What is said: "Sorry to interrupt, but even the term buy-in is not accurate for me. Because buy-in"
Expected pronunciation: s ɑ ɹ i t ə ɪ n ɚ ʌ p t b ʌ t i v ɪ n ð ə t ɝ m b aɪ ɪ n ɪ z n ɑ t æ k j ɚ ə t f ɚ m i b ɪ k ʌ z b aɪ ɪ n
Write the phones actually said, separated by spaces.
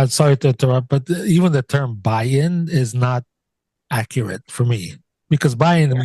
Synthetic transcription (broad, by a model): s ɑ ɹ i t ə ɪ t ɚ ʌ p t b ʌ t i v ɪ n ð ə t ɝ m b aɪ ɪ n ɪ z n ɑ t æ k j ɚ ə t f ɚ m i b ɪ k ʌ z b aɪ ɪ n